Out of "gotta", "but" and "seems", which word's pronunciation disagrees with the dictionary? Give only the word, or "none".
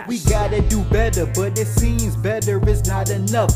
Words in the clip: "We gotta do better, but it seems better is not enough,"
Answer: none